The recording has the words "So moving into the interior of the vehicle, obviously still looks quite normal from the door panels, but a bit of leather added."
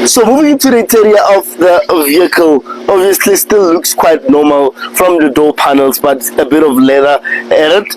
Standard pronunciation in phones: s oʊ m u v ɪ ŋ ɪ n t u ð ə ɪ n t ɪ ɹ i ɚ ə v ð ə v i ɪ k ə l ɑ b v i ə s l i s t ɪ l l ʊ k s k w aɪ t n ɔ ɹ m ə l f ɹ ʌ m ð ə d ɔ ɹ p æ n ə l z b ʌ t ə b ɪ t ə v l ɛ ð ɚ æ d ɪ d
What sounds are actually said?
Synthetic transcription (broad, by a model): s oʊ m u v ɪ ŋ ɪ n t u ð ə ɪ t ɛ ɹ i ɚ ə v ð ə v i ɪ k ə l ɑ b v i ə s l i s t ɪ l l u k s k w aɪ t n ɔ m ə l f ɹ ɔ m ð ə d ɔ p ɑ n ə l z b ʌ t ə b ɪ t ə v l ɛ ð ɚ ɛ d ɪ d